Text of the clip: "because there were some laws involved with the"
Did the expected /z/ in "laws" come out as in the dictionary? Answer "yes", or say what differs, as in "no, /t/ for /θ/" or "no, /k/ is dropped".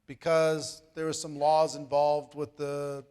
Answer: yes